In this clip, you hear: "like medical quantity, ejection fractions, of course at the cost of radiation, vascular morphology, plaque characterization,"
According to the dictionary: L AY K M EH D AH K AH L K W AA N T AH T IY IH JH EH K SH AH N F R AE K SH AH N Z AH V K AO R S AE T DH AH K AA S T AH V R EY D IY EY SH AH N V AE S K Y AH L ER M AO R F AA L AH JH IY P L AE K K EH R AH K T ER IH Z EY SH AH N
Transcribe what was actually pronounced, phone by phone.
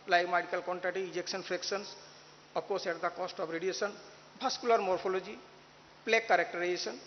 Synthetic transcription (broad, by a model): L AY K M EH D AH K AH L K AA N T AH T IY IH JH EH K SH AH N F R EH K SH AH N S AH P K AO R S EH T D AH K AA S T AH B R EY D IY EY S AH N B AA S K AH L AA M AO R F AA L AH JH IY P L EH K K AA R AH K T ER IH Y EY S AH N